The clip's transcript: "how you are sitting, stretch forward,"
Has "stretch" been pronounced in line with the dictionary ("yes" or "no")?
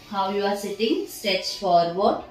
no